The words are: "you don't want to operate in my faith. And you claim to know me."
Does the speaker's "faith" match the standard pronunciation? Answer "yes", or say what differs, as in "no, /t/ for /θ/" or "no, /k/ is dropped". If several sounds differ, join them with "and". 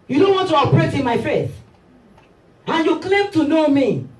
no, /s/ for /θ/